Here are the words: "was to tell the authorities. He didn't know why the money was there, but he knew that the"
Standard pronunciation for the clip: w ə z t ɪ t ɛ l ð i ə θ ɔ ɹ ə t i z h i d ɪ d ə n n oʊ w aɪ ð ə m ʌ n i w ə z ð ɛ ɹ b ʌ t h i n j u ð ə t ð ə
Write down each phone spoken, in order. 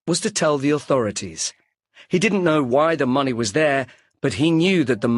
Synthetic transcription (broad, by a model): w ə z t ɪ t ɛ l ð i ə θ ɔ ɹ ə t i z h i d ɪ d n n oʊ w aɪ ð ə m ʌ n i w ə z ð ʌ ɹ b ʌ t h i n j u ð ə t ð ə